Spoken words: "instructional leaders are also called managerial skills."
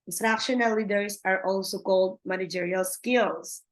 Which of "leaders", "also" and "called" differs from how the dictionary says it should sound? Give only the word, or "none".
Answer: leaders